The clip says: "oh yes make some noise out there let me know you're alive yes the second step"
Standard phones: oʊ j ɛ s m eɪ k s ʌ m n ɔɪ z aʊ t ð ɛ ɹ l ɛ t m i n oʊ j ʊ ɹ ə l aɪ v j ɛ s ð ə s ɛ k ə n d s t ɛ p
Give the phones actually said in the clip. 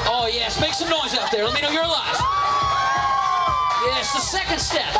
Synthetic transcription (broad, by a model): oʊ j ɛ s m eɪ k s ʌ m n ɔɪ z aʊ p ð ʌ ɹ l ɛ t m i n oʊ j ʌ ɹ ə l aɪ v j ɛ s ð ə s ɛ k ə n d s t ɛ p